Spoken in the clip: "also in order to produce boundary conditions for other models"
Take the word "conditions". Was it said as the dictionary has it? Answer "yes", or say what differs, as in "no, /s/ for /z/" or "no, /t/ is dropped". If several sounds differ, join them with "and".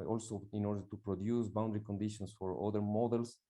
no, /s/ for /z/